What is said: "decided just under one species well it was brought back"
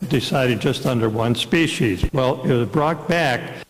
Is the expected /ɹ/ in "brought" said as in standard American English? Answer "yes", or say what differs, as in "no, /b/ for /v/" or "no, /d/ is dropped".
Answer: yes